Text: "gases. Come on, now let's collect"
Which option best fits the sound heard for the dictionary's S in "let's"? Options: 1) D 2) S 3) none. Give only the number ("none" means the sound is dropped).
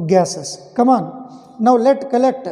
3